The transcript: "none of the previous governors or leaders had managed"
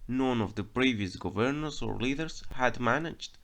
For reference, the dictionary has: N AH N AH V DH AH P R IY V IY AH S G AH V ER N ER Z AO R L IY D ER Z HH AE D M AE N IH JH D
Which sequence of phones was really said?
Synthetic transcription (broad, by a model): N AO N AH V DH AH P R IY V IY AH S G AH V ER N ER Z AO R L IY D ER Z HH AE D M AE N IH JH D